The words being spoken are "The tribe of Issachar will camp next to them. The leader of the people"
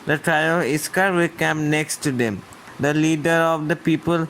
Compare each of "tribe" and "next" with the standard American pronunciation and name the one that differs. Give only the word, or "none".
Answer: tribe